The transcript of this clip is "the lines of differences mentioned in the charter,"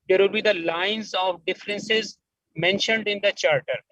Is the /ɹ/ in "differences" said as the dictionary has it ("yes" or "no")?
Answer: yes